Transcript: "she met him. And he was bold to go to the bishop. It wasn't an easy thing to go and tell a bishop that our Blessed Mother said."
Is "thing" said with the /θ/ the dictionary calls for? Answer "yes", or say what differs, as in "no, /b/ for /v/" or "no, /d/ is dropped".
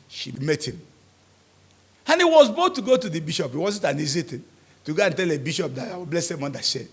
no, /t/ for /θ/